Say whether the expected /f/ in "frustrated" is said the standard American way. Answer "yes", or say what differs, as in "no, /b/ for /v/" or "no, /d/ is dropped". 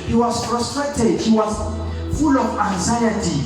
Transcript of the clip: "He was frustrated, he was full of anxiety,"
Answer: no, /p/ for /f/